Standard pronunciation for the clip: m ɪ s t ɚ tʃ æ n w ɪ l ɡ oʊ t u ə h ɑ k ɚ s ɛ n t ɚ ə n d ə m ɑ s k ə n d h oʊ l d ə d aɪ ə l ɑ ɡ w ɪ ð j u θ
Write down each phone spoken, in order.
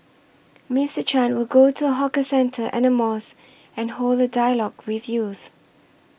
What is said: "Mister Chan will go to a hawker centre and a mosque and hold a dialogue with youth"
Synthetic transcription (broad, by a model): m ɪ s t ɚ tʃ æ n w ɪ l ɡ oʊ t u ə h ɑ k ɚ s ɛ n t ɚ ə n ə m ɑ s ə n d h oʊ l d ə d aɪ ə l ɑ ɡ w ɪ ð j u θ